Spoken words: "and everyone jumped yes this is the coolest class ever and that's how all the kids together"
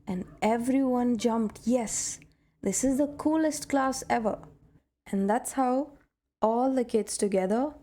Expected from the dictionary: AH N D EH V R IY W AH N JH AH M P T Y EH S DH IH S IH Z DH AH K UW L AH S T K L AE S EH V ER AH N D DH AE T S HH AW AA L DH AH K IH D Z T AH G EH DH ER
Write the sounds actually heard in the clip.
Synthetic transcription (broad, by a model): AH N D EH V R IY W AH N JH AH M P T Y EH S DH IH S IH Z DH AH K UW L AH S T K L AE S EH V ER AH N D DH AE T S HH AW AA L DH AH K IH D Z T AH G EH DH ER